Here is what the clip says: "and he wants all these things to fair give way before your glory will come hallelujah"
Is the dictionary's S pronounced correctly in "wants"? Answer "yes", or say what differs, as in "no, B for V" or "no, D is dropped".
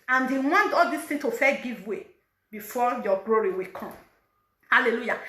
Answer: no, S is dropped